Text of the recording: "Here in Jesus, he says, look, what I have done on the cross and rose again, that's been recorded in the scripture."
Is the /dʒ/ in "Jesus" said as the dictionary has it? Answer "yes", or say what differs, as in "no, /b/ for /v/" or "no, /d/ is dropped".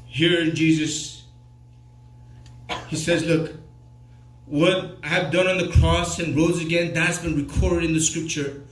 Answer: yes